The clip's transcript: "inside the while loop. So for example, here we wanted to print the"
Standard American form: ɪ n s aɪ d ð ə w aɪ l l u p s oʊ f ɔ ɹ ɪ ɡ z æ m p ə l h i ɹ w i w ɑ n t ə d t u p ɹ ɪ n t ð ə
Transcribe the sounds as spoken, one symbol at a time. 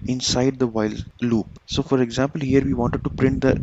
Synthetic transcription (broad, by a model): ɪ n s aɪ d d ə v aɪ l l u p s oʊ f ɔ ɹ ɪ ɡ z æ m p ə l h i ɹ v i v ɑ n t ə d t u p ɹ ɪ n t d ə